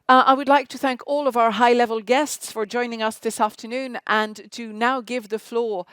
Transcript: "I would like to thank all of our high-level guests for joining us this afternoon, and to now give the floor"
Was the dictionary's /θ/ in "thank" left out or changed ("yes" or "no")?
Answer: no